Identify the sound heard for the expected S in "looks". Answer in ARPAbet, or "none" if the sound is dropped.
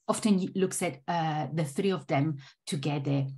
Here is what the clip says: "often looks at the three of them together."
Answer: S